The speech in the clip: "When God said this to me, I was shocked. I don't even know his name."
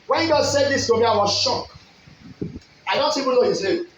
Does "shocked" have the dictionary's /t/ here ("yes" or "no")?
no